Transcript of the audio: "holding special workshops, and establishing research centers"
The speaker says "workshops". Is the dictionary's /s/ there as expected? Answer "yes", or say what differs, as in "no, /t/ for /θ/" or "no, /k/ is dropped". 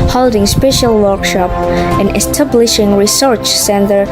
no, /s/ is dropped